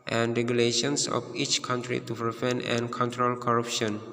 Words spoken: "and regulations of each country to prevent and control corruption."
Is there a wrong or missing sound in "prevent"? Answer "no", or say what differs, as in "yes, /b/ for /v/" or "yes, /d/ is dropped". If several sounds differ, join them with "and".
yes, /t/ is dropped